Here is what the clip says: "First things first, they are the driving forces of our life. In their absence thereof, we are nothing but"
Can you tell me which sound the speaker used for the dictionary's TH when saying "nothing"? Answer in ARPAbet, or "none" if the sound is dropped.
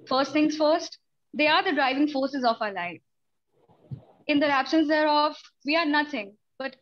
T